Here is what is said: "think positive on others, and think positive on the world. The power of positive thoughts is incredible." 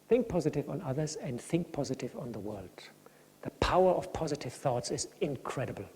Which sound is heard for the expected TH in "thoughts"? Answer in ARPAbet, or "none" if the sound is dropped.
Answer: TH